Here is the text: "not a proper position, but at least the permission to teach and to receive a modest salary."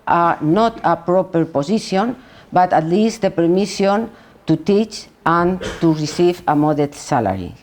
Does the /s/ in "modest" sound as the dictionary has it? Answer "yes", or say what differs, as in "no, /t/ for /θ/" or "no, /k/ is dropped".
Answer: no, /s/ is dropped